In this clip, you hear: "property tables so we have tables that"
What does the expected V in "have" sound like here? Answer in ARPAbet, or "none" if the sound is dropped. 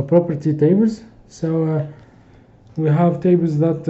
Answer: V